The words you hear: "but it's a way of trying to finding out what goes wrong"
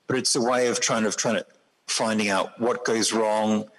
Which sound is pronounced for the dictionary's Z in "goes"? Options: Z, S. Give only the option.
Z